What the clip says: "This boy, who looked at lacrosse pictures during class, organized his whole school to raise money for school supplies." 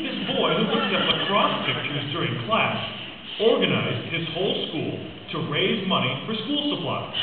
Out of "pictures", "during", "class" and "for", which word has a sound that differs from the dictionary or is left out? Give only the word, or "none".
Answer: none